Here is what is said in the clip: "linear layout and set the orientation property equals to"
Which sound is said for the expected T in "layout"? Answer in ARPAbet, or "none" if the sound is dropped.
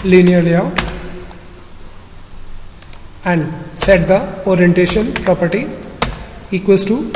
none